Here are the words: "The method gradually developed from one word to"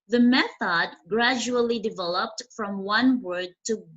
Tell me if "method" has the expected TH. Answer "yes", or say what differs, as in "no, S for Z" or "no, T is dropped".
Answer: yes